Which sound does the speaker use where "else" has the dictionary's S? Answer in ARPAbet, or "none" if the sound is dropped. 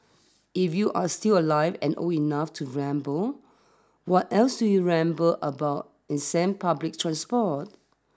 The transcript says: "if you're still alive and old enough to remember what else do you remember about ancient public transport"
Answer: S